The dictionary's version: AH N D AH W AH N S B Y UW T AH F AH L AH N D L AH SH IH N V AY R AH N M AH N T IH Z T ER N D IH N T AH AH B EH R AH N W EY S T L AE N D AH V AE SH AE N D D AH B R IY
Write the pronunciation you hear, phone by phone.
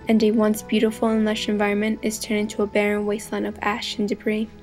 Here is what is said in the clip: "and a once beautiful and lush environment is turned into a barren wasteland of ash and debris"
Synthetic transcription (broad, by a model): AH N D AH W AH N S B Y UW T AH F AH L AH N L AH SH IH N V AY R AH N M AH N T IH Z T ER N IH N T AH AH B EH R AH N W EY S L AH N AH V AE SH N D D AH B R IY